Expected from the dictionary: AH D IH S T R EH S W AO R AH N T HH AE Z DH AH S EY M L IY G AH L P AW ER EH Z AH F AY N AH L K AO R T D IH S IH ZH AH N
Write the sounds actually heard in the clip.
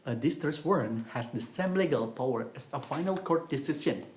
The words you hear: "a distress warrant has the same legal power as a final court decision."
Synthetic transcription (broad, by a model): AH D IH S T AH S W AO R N HH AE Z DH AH S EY M L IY G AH L P AW ER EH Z AH F AY N AH L K AO R T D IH S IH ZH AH N